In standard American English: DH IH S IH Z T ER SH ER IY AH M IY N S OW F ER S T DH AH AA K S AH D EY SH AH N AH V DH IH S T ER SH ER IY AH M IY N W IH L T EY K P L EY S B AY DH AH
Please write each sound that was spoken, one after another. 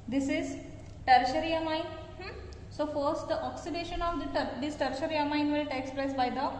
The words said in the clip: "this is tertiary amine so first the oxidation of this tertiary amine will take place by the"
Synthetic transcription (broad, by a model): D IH S IH Z T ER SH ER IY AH M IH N S OW F ER S T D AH AA K S AH D EY SH AH N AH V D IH S T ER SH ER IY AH M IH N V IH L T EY K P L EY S B AY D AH